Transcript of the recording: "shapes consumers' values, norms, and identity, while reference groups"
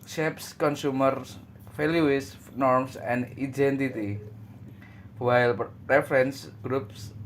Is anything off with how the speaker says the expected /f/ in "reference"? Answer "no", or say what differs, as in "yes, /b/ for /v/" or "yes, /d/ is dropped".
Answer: no